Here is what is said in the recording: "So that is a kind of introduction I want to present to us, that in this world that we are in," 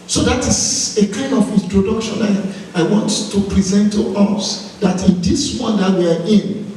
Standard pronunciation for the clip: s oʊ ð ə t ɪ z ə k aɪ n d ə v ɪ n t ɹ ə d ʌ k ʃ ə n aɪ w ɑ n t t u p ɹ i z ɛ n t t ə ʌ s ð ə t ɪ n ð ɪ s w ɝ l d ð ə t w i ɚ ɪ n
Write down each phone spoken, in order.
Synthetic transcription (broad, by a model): s oʊ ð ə t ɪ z ə k aɪ n d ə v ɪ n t ɹ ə d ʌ k ʃ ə n aɪ w ɑ n t t u p ɹ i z ɛ n t t ə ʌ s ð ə t ɪ n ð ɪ s w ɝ n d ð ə t w i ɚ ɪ n